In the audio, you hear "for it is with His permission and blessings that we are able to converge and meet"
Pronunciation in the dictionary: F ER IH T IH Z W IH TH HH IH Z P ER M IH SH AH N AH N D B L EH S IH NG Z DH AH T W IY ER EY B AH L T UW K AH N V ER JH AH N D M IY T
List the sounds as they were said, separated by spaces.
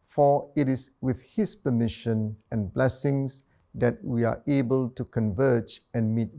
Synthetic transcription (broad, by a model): F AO IH T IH S W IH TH HH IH S P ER M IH SH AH N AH N B L EH S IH NG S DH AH T W IY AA EY B AH L T UW K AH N V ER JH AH N M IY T